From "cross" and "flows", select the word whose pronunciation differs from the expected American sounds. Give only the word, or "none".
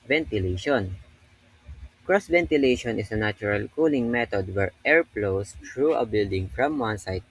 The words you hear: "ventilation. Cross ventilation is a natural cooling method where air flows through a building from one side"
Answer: flows